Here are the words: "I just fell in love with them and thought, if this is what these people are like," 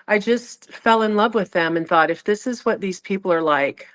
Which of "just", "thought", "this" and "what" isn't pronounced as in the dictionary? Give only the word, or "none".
none